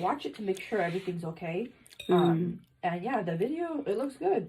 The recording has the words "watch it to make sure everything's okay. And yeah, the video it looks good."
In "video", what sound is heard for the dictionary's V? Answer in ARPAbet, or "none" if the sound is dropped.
V